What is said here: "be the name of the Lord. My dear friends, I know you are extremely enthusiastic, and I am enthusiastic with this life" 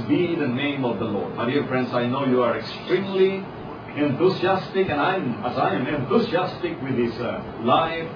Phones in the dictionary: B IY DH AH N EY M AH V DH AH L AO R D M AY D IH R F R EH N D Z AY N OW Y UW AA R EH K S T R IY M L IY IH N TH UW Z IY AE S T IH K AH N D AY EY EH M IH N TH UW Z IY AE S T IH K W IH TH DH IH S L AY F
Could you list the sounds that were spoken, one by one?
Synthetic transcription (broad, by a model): B IY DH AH N EY M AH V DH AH L AO R D M AY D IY R F R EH N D S AY N OW Y UW AA R EH K S T R IY M L IY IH N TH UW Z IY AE S T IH K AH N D AY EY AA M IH N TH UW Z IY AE S T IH K W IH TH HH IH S L AY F